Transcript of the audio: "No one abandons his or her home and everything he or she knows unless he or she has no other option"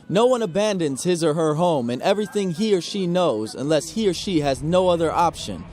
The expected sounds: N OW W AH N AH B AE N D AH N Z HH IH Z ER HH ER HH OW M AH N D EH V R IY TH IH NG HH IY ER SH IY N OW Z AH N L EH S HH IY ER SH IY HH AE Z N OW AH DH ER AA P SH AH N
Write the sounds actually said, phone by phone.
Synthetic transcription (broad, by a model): N OW W AH N AH B AE N D AH N Z HH IH Z ER HH ER HH OW M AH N EH V R IY TH IH NG HH IY ER SH IY N OW Z AH N L EH S HH IY ER SH IY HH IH Z N OW AH DH ER AA P SH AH N